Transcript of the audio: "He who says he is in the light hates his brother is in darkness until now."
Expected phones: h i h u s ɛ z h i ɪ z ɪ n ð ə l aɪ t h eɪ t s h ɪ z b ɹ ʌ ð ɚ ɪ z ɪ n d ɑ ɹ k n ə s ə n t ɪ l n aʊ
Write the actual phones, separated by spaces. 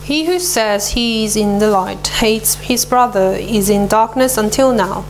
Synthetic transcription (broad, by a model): h i h u s ɛ z h i ɪ z ɪ n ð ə l aɪ t h eɪ t s h ɪ z b ɹ ʌ ð ɚ ɪ z ɪ n d ɑ ɹ k n ə s ə n t ɪ l n aʊ